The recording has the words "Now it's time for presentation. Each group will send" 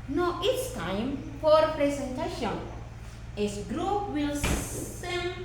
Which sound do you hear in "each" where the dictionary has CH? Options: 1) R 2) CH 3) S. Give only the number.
3